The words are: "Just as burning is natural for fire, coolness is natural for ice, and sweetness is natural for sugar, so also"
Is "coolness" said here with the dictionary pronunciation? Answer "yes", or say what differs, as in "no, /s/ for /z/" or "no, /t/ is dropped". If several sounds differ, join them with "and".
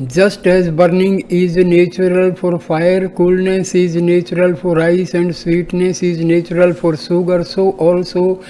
yes